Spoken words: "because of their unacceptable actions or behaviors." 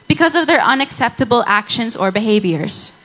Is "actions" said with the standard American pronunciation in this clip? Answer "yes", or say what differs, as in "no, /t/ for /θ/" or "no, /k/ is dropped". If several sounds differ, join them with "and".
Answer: yes